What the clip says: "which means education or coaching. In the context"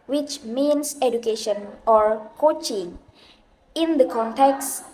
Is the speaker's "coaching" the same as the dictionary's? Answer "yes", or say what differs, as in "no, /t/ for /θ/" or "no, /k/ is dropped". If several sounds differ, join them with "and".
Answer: yes